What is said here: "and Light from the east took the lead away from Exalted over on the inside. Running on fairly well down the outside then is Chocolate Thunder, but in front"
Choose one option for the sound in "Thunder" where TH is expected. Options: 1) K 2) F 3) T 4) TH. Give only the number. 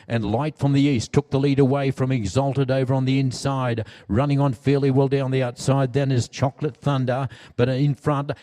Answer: 4